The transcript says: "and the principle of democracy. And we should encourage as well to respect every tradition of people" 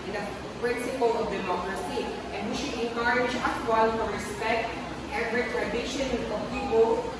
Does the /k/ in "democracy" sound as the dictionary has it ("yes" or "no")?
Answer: yes